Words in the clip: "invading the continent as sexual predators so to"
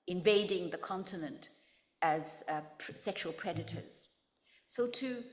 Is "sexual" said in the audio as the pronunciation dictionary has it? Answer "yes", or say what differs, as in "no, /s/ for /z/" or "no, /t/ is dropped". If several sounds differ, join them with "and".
yes